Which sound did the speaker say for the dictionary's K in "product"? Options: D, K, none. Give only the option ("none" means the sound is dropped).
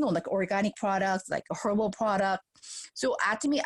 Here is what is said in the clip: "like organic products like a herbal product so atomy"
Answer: K